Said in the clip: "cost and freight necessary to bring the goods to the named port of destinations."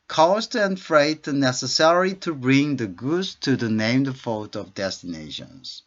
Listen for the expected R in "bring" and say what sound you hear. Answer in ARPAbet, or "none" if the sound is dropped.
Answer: R